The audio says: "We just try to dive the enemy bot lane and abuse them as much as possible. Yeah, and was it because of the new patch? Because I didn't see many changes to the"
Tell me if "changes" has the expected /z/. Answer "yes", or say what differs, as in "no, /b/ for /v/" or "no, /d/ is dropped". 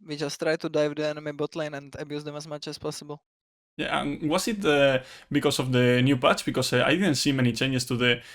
no, /s/ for /z/